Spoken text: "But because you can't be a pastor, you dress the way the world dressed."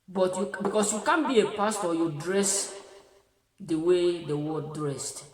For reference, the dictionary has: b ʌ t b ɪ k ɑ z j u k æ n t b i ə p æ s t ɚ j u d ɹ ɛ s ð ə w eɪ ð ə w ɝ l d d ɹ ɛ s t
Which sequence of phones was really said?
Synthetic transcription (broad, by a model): b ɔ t b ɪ k ɑ s j u k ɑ n b i ə p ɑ s t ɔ j u d ɹ ɛ s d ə w eɪ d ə w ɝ d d ɹ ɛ s t